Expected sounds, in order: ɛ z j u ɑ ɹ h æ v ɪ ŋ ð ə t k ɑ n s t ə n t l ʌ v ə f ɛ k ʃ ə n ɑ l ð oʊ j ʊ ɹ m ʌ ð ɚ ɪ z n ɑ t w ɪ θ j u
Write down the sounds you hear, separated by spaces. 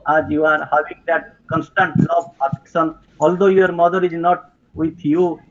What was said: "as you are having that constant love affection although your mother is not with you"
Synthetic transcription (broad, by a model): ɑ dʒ j u ɑ ɹ h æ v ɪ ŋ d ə t k ɑ n s t ə n t l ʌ b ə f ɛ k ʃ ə n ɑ l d oʊ j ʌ ɹ m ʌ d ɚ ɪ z n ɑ t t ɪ j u